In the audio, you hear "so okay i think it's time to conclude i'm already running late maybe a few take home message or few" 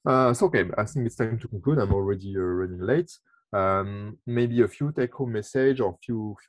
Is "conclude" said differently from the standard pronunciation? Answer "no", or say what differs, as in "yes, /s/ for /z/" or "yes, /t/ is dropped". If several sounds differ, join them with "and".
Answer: yes, /n/ is dropped